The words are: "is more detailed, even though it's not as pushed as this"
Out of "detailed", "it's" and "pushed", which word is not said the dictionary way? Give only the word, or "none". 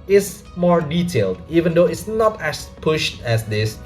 none